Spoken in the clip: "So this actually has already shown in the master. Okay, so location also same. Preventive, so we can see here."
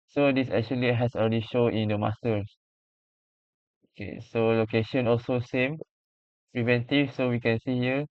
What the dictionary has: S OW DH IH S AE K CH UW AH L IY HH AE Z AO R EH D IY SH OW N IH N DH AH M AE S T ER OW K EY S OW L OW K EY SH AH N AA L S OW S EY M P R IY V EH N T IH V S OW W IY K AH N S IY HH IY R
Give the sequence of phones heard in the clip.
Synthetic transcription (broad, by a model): S OW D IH S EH K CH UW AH L IY HH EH S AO L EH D IY SH OW IH N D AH M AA S T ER OW K EY S OW L OW K EY SH AH N AA L S OW S EY M P R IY V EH N T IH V S OW W IY K AH N S IY HH IY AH